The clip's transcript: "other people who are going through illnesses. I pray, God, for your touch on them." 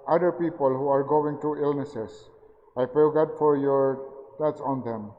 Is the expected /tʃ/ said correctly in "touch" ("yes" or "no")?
no